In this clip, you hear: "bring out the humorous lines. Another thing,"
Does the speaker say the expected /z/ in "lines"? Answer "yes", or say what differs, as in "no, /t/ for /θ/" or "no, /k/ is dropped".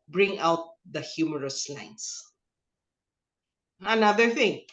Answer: no, /s/ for /z/